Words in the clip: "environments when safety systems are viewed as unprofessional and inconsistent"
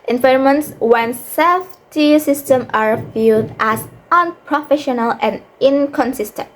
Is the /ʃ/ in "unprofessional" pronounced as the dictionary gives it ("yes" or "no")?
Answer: yes